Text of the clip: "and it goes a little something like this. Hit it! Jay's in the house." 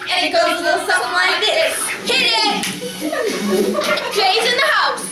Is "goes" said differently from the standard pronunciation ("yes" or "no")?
yes